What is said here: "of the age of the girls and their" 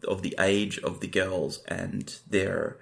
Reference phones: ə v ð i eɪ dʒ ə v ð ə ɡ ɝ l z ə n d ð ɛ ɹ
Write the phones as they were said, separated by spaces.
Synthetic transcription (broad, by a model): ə v ð i eɪ dʒ ə v ð ə ɡ ɝ l z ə n ð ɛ ɹ